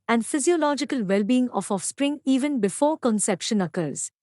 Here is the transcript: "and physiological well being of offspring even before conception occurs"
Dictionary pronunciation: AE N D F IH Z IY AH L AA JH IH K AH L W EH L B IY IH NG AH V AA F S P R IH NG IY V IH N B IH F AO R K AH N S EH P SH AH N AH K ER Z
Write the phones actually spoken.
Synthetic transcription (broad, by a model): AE N D F IH Z IY AH L AA JH IH K AH L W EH L B IY IH NG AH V AA F S P R IH NG IY V IH N B IH F AO R K AH N S EH P SH AH N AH K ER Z